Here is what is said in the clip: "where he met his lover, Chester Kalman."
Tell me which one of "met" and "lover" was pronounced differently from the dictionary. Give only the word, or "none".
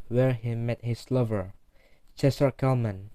none